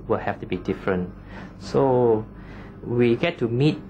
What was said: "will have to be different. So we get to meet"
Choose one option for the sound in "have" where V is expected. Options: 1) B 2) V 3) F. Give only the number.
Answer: 3